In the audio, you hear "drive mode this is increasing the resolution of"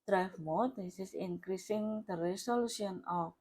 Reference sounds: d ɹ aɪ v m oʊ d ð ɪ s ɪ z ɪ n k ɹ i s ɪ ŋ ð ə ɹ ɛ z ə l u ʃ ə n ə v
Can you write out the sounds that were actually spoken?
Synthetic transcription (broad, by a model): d ɹ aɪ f m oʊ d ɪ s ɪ s ɪ n k ɹ i s ɪ ŋ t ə ɹ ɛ s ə l u s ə n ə